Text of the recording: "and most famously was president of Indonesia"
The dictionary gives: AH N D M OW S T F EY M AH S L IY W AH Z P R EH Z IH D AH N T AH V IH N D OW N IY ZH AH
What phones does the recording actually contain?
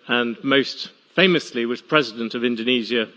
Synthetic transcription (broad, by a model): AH N M OW S T F EY M AH S L IY W AH Z P R EH Z IH D AH N T AH V IH N D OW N IY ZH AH